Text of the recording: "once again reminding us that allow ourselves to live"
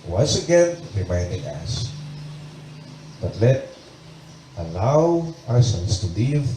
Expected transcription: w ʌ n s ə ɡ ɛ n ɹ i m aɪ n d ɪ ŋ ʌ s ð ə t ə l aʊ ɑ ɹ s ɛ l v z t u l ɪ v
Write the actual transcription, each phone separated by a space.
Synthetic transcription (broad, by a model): w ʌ n s ə ɡ ɛ n ɹ i m aɪ n d ɪ ŋ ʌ s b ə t ə l aʊ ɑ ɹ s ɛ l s t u l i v